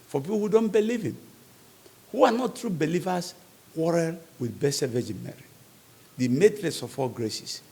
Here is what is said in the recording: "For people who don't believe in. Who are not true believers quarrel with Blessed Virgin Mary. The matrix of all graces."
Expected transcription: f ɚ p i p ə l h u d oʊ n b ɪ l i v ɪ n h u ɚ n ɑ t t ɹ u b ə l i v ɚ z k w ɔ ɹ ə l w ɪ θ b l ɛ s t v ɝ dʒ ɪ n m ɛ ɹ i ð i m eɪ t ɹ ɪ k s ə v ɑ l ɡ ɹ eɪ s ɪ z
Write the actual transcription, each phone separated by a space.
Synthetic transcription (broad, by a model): f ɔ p i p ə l h u d oʊ n b ɪ l i v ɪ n h u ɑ n ɑ t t ɹ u b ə l i v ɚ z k w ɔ ɹ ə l w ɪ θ b ɛ s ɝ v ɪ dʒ m ɛ ɹ i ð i m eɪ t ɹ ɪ s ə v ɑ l ɡ ɹ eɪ s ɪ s